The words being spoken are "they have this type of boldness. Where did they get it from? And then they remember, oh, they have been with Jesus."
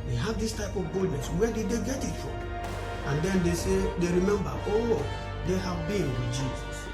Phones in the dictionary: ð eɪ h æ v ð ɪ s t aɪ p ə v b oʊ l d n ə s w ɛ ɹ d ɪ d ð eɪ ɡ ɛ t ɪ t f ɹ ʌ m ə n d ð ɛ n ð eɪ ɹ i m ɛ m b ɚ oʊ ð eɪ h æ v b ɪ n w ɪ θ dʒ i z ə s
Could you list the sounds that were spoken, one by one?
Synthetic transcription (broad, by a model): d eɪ h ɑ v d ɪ s t aɪ p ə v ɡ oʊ d n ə s w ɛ d ɪ d eɪ ɡ ɛ t ɪ t f ɹ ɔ m ə n d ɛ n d eɪ ɹ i m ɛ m b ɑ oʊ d eɪ h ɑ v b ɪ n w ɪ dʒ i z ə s